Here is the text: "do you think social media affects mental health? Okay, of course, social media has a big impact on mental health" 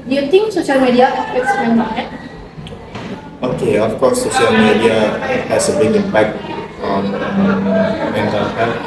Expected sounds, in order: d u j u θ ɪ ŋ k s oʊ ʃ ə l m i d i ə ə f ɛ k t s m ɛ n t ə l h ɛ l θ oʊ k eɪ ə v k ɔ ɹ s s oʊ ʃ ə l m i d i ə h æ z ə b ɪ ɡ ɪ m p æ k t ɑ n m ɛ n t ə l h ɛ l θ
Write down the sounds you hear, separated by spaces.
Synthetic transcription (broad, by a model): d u j u t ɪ ŋ k s oʊ ʃ ə l m i d i ə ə p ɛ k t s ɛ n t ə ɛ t oʊ k eɪ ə f k ɔ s s oʊ ʃ ə l m i d i ə h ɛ s ə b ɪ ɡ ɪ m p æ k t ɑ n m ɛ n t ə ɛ